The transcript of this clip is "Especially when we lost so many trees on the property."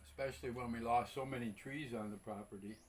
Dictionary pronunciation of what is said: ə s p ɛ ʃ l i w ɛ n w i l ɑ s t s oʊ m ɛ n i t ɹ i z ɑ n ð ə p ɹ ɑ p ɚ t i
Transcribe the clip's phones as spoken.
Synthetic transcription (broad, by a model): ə s p ɛ ʃ l i w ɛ n w i l ɑ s s oʊ m ɛ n i t ɹ i z n ð ə p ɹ ɑ p ɚ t i